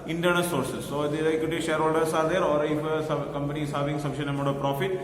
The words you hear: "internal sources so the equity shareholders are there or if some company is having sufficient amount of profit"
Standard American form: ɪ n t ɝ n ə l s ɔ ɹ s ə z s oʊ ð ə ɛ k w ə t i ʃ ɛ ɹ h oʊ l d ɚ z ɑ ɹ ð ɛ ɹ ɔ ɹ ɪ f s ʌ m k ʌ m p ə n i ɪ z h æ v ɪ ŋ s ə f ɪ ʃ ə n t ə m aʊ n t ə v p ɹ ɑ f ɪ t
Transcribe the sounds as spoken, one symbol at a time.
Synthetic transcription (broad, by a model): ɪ n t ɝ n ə s ɔ ɹ s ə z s oʊ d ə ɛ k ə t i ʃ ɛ ɹ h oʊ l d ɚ s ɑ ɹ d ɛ ɹ ɔ ɹ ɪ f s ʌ k ʌ m p ə n i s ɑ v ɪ ŋ s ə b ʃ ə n ə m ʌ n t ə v p ɹ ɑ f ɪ t